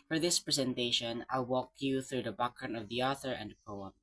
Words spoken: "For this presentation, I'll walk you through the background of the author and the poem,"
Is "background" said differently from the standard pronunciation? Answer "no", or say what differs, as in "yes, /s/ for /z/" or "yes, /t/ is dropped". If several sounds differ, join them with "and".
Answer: yes, /d/ is dropped